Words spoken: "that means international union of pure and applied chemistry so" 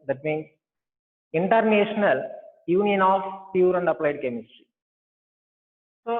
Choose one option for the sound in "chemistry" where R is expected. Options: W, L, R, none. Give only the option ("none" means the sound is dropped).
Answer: R